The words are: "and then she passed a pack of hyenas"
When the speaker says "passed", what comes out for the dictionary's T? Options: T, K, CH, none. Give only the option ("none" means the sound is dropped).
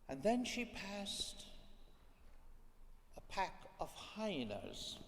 T